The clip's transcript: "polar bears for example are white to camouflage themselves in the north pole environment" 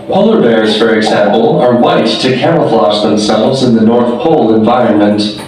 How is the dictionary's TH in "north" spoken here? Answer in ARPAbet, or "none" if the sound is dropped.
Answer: TH